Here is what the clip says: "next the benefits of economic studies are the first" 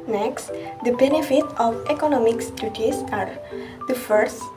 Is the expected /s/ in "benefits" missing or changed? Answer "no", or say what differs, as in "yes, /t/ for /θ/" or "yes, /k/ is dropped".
yes, /s/ is dropped